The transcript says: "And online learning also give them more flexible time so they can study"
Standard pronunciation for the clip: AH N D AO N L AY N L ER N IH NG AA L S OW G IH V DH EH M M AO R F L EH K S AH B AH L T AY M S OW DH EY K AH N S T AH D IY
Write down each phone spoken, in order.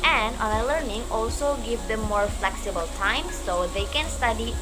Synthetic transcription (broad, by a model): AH N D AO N AY L ER N IH NG AA L S OW G IH V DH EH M M AO R F L EH K S AH B AH L T AY M S OW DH EY K AH N S T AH D IY